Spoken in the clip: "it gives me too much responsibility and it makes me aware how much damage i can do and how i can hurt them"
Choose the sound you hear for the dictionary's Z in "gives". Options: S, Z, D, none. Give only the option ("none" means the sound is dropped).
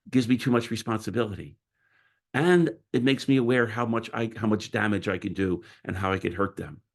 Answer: Z